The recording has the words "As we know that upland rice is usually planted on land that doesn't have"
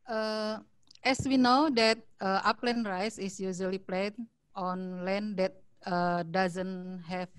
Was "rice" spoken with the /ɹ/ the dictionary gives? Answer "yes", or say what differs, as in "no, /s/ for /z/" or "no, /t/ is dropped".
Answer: yes